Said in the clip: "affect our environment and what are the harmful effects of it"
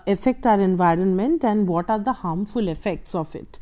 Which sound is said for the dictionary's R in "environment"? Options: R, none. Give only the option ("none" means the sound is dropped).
R